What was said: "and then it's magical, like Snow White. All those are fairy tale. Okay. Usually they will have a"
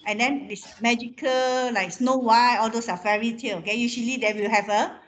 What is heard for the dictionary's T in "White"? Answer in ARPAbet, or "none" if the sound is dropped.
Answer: none